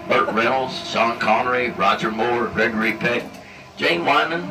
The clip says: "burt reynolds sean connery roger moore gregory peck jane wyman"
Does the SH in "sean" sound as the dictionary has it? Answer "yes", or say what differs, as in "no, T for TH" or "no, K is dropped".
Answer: no, S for SH